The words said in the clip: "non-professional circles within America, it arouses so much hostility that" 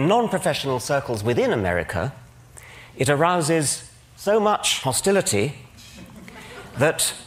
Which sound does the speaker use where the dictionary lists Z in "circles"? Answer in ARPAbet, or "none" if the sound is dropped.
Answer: Z